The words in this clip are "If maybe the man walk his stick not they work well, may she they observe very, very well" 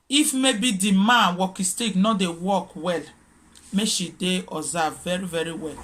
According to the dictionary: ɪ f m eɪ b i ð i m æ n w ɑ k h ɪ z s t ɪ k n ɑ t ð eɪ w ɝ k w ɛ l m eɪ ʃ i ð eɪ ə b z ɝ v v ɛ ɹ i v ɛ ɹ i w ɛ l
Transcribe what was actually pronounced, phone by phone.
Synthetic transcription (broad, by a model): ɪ f m eɪ b i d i m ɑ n w ɑ k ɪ s t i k n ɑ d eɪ w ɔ k w ɛ l m eɪ ʃ i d eɪ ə z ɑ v v ɛ ɹ i v ɛ ɹ i w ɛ l